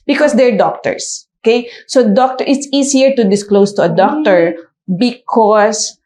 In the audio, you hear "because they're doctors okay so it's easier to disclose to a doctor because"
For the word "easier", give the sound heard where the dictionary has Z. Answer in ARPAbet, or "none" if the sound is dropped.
S